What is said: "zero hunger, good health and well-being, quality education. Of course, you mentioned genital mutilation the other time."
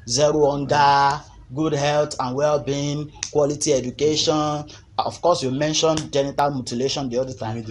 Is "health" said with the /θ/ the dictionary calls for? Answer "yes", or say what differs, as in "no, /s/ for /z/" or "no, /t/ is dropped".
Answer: no, /t/ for /θ/